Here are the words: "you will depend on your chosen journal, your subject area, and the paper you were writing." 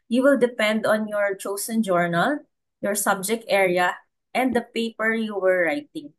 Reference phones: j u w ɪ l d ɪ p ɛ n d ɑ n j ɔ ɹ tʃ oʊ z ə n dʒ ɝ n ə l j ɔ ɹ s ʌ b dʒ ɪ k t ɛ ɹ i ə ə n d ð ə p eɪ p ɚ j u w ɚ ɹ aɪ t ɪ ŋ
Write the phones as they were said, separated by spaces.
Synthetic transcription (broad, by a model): j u w ɪ l d ɪ p ɛ n d ɑ n j ɔ ɹ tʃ oʊ s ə n dʒ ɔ n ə l j ɔ ɹ s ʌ b dʒ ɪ k t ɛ ɹ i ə ə n d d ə p eɪ p ɚ j u w ɚ ɹ aɪ t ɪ ŋ